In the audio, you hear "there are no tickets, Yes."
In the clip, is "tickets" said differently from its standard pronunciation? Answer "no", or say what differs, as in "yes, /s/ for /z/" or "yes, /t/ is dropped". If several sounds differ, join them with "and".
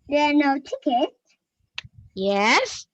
yes, /s/ is dropped